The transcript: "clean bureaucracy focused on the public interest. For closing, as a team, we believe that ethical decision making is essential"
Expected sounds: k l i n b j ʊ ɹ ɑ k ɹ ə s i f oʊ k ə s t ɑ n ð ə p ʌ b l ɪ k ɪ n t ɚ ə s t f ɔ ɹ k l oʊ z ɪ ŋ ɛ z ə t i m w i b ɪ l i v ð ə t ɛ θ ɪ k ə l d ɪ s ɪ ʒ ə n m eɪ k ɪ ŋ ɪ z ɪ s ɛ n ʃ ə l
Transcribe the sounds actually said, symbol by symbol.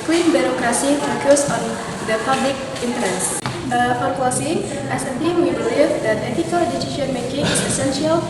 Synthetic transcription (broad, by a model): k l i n b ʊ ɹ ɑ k ɹ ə s i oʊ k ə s ɑ n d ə p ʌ b l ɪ k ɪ n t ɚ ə s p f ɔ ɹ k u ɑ s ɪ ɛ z ə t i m w i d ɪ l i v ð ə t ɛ t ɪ k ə l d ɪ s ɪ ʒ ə n m eɪ k ɪ ŋ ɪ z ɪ s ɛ n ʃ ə l